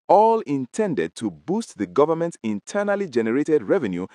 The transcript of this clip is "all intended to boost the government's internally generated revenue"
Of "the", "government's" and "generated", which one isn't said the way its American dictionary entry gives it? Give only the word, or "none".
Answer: government's